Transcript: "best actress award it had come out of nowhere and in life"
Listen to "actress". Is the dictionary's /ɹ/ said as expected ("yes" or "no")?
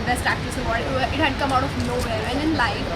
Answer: no